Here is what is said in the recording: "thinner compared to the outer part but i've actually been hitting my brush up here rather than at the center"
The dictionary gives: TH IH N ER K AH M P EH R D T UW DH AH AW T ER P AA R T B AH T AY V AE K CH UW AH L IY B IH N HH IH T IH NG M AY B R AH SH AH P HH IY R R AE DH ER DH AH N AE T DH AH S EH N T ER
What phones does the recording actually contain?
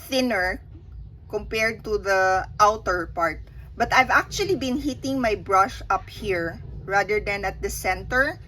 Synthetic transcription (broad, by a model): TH IH N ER K AH M P EH R D T UW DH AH AW T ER P AA R T B AH T AY V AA K CH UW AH L IY B IH N HH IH T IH NG M AY B R AH SH AH P HH IY R R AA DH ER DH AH N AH T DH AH S EH N T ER